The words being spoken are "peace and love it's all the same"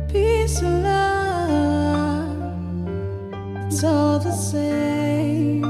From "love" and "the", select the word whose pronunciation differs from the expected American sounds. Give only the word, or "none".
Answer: love